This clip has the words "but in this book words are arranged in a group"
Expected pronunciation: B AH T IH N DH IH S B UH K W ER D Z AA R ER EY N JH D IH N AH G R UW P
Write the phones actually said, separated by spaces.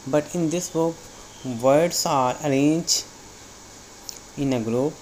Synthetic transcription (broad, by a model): B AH T IH N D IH S B UH K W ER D S AA R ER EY N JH IH N AH G R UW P